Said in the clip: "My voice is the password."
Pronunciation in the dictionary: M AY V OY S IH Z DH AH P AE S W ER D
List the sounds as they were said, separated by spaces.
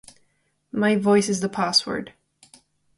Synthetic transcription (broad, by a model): M AY V OY S IH Z DH AH P AE S W ER D